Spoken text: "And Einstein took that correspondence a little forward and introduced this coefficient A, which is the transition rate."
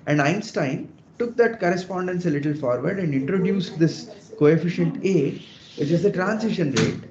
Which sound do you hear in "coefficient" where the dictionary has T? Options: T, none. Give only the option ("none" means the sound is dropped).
T